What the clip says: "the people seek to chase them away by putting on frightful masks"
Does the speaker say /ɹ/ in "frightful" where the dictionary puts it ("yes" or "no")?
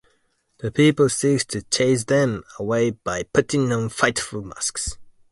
no